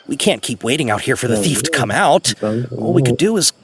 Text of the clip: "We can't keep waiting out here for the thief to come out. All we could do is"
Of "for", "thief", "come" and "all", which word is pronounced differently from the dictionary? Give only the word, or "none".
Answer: none